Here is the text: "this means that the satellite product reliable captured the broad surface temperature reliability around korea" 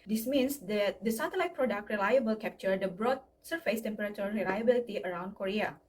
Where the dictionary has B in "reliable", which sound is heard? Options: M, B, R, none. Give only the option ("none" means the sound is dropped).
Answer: B